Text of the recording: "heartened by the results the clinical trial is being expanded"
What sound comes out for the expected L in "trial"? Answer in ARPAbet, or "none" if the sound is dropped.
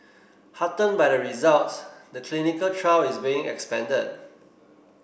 W